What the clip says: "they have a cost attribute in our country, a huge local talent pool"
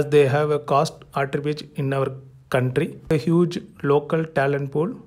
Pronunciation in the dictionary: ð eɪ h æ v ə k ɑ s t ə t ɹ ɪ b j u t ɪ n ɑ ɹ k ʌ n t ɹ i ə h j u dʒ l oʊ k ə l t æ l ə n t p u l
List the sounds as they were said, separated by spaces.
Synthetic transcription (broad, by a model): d eɪ h æ v ə k ɑ s t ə t ɹ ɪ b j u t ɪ n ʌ ɹ k ʌ n t ɹ i ə h j u dʒ l oʊ k ə l t æ l ə n t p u l